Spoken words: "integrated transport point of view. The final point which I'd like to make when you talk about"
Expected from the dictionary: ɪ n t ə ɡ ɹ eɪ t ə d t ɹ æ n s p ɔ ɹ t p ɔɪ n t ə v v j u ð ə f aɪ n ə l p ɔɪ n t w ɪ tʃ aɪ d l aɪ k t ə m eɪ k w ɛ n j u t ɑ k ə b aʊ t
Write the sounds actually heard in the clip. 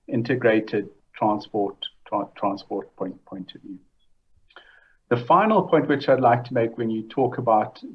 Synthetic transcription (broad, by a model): ɪ n t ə ɡ ɹ eɪ t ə d t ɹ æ n s p ɔ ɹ t p ɔɪ n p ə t v j u ð ə f aɪ n ə l p ɔɪ n t w ɪ tʃ aɪ d l aɪ k t ə m eɪ k w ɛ n j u t ɑ k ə b aʊ t